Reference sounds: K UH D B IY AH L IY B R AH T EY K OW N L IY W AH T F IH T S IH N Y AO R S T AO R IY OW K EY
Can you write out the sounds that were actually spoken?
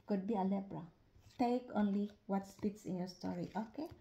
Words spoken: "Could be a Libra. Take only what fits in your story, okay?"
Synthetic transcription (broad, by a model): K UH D B IY AH L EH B R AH T EY K OW N L IY W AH T P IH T S IH N Y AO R S T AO R IY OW K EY